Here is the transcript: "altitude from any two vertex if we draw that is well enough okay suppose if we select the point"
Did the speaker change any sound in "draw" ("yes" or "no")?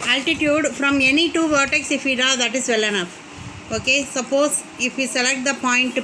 yes